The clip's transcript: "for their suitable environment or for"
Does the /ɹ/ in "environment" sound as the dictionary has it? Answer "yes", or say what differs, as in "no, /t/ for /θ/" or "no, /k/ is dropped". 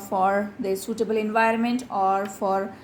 yes